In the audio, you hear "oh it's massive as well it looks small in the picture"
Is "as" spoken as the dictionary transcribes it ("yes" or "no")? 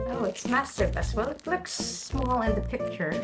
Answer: no